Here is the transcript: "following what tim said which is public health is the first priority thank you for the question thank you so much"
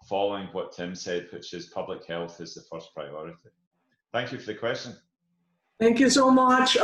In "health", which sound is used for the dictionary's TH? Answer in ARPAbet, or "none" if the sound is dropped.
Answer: TH